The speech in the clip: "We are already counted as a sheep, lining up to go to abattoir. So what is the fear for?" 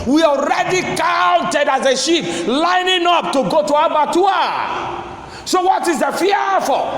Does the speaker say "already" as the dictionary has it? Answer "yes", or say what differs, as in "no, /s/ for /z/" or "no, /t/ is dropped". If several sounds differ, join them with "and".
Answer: yes